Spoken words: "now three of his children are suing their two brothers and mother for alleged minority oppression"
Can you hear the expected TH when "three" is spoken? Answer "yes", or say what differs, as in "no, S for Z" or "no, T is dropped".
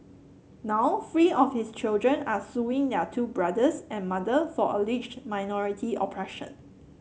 no, F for TH